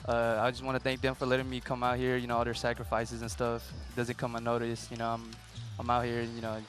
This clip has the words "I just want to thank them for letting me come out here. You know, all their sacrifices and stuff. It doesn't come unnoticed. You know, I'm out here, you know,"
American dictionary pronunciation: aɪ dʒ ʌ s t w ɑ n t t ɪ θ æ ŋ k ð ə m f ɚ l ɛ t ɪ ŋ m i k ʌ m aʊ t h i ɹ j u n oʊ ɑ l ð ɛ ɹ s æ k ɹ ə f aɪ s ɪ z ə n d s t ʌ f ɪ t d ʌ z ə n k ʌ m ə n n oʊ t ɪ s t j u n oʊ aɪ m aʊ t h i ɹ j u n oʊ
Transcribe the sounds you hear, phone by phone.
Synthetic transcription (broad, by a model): aɪ dʒ ʌ s t w ɑ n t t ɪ θ æ ŋ k ð ə m f ɚ l ɛ t ɪ ŋ m i k ʌ m aʊ t h i ɹ j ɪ n oʊ ɑ l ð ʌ ɹ s æ k ɹ ə f aɪ s ɪ z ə n s t ʌ f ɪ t d ʌ z ə n k ʌ m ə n n oʊ t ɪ s j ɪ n oʊ aɪ m aʊ t h i ɹ j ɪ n oʊ